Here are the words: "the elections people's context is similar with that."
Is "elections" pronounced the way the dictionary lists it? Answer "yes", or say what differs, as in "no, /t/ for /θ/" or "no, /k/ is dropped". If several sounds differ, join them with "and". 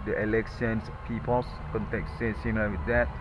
no, /s/ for /ʃ/ and /s/ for /z/